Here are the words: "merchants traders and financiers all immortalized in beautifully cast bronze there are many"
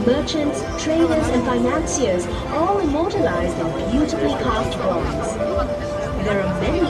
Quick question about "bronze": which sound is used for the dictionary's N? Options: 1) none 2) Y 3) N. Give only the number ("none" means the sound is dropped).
1